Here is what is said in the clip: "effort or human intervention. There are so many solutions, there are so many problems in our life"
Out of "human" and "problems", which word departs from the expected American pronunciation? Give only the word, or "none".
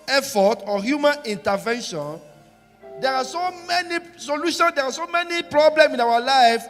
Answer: problems